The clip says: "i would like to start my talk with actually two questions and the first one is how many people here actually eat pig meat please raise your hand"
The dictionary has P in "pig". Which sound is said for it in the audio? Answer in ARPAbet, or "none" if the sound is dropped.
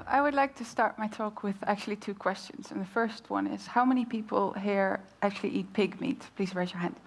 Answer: P